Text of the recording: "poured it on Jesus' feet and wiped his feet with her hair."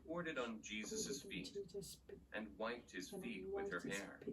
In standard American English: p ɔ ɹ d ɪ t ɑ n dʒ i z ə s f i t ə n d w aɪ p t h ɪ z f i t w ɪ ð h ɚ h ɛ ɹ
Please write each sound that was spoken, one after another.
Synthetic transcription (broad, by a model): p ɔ ɹ d ɪ t n dʒ i z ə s f i t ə n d w aɪ p t h ɪ z f i t w ɪ ð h ɚ h ɛ ɹ